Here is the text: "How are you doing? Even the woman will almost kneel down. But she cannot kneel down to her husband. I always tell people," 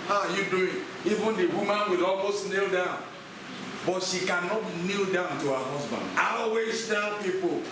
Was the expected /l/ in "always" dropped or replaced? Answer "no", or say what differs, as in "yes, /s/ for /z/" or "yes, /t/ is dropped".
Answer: yes, /l/ is dropped